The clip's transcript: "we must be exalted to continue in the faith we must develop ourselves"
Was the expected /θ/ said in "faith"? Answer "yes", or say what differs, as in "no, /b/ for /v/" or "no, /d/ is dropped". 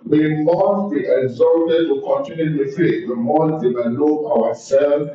no, /t/ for /θ/